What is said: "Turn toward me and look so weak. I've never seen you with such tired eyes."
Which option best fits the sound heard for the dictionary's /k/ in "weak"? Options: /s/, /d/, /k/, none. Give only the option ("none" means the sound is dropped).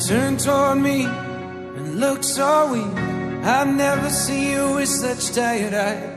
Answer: none